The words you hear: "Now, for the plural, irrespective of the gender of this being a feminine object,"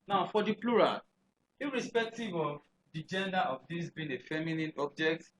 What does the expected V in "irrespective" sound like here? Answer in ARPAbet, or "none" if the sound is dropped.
V